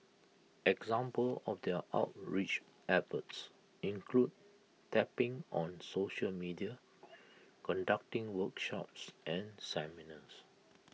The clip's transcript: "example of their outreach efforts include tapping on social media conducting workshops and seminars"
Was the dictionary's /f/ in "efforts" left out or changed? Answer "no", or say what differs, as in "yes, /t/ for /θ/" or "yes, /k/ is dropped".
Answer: yes, /p/ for /f/